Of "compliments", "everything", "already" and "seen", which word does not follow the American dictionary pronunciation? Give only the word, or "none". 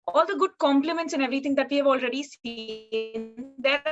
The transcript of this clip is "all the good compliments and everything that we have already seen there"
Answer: everything